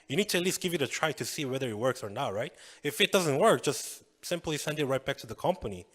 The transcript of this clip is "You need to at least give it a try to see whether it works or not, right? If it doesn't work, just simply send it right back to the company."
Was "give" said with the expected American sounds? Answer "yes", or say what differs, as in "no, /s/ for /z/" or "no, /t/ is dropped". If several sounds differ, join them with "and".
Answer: yes